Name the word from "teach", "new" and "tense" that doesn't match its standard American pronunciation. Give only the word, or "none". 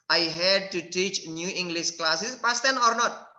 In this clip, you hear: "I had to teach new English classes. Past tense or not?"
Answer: tense